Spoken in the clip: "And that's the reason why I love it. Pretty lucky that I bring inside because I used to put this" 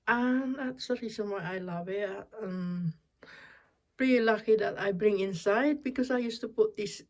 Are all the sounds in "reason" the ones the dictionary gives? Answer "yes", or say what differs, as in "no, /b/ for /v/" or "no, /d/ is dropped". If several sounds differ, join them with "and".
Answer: no, /s/ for /z/